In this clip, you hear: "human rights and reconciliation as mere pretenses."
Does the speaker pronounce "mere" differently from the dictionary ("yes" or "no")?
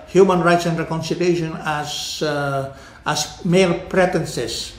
yes